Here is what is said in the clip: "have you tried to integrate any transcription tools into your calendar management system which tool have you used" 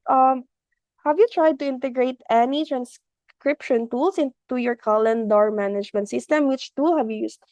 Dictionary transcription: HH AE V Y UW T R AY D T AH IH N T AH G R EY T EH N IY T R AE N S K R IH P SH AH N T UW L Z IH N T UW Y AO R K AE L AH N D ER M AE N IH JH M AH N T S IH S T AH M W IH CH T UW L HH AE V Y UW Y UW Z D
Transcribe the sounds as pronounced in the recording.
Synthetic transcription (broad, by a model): HH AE V Y UW T R AY D T AH IH N T AH G R EY T EH N IY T R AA N S K R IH P SH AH N T UW L S IH N T UW Y AO R K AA L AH N D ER M AE N IH JH M AH N T S IH S T AH M W IH CH T UW L HH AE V Y UW Y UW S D